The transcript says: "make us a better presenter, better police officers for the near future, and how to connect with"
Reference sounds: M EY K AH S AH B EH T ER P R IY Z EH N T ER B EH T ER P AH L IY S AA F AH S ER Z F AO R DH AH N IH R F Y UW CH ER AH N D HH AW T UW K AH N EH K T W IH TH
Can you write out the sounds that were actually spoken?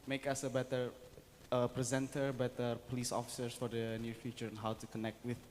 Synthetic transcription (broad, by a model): M EY K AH S AH B EH T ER P R IY Z EH N T ER B EH T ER P AH L IY S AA F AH S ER S F AO R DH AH N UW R F Y UW CH ER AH N HH AW T UW K AH N EH K T W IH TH